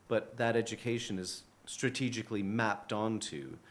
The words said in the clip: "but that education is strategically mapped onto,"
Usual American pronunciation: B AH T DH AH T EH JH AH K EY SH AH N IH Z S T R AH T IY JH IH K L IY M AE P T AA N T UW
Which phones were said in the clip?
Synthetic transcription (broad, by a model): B AH T DH AH T EH JH AH K EY SH AH N IH Z S T R AH T IY JH IH K L IY M AE P T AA N T UW